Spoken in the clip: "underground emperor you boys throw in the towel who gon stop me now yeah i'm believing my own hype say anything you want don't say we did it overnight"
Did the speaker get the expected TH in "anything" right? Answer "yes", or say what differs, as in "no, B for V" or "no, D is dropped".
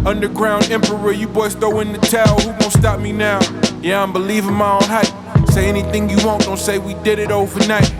yes